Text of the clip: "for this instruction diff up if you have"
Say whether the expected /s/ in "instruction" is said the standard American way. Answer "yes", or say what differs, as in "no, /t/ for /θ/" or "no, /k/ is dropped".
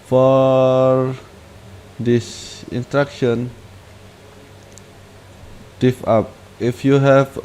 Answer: no, /s/ is dropped